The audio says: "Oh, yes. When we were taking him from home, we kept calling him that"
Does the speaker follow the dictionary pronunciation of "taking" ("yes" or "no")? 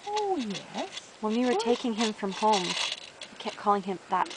yes